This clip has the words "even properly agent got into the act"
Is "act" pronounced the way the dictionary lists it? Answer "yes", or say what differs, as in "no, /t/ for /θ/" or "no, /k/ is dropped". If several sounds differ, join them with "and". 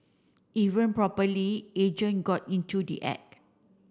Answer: no, /t/ is dropped